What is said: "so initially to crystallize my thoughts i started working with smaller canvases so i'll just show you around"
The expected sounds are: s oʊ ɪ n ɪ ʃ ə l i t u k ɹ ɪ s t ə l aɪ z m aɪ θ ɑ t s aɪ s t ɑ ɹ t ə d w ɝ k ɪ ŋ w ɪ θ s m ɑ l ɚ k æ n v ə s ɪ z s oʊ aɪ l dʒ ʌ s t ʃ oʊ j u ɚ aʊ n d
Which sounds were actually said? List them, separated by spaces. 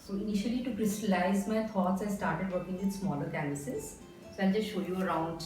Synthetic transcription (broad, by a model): s oʊ ɪ n ɪ ʃ ə l i t u k ɹ ɪ s t ə l aɪ z m aɪ t ɑ t s aɪ s t ɑ ɹ t ə d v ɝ k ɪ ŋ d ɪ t s m ɑ l ɚ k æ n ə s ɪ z s oʊ aɪ l dʒ ʌ s t ʃ oʊ j u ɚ aʊ n d